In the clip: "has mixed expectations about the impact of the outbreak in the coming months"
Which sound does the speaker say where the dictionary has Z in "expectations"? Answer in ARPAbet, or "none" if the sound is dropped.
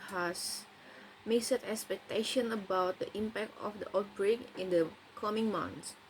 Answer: none